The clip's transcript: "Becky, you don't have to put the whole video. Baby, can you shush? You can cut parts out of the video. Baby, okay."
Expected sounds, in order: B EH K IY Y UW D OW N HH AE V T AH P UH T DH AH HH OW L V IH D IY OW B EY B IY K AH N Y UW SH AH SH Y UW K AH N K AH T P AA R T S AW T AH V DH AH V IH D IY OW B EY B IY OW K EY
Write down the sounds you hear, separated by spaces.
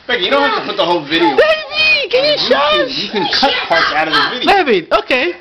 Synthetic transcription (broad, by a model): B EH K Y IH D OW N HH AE F T AH P UH T DH AH HH OW L V IH D IY OW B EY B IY K AH N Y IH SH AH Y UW K AH N K AH T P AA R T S AW T AH V DH AH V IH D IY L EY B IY OW K EY